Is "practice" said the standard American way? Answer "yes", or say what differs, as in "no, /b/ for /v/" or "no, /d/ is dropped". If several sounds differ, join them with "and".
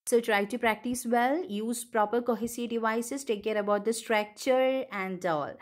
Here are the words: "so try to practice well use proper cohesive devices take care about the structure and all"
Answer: yes